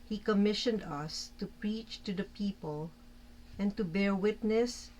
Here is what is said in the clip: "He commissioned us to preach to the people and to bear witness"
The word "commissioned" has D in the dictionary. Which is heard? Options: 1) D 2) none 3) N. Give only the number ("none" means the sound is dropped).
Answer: 1